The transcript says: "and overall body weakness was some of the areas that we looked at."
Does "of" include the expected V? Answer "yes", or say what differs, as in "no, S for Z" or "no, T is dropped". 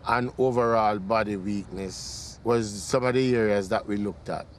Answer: yes